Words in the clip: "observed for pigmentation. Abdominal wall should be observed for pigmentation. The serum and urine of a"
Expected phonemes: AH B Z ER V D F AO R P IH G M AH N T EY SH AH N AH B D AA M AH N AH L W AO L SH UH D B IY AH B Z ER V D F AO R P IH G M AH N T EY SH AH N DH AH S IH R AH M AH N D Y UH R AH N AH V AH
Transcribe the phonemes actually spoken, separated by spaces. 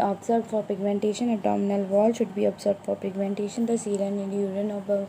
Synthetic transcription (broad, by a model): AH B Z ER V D F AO R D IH G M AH N T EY SH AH N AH D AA M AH N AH L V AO L SH UH D B IY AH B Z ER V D F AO R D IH G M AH N T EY SH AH N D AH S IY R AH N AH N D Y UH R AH N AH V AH